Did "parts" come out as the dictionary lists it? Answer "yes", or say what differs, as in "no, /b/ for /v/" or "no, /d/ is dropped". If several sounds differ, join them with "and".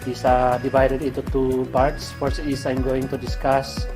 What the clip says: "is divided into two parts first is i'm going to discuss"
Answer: yes